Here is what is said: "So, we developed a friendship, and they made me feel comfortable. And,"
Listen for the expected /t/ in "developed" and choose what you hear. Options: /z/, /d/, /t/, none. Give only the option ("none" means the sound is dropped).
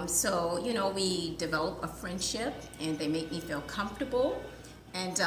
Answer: none